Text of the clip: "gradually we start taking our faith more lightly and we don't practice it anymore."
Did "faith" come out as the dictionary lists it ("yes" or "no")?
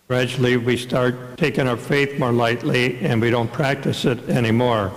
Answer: yes